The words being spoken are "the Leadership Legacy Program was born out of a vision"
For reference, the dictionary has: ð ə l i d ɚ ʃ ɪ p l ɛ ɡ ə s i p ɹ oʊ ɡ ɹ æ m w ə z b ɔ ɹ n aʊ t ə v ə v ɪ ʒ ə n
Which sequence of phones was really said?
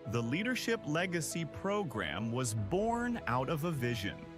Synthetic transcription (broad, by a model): ð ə l i d ɚ ʃ ɪ p l ɛ ɡ ə s i p ɹ oʊ ɡ ɹ æ m w ə z b ɔ ɹ n aʊ t ə v ə v ɪ ʒ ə n